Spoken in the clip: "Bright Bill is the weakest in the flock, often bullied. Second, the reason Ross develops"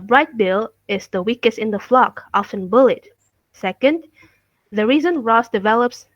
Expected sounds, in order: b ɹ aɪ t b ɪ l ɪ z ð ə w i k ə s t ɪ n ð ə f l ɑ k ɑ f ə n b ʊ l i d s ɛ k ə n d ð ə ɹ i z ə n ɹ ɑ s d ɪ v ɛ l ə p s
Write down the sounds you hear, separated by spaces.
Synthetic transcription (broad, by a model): b ɹ aɪ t b ɪ l ɪ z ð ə w i k ə s t ɪ n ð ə f l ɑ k ɑ f ə n b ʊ l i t s ɛ k ə n d ð ə ɹ i z ə n ɹ ɑ s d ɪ v ɛ l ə p s